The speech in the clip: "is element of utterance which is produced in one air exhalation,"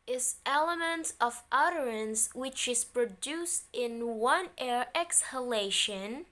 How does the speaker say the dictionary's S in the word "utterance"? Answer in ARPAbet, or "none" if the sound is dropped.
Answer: S